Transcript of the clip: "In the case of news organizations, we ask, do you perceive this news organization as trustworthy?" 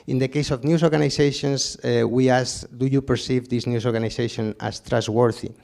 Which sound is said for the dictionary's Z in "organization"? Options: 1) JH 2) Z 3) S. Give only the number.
3